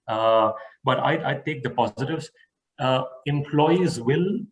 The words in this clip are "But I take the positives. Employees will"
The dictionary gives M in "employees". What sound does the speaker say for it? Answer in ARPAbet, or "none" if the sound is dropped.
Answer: M